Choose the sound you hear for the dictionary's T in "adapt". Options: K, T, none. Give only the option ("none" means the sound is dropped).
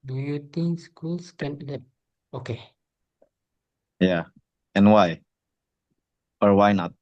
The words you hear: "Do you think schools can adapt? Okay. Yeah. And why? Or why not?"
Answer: none